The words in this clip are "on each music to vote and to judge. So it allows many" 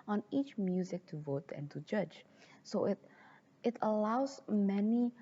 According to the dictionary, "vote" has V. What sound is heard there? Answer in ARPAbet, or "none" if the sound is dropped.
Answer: V